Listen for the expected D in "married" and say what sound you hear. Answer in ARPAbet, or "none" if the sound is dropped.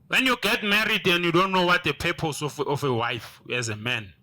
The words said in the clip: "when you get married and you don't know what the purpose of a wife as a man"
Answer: D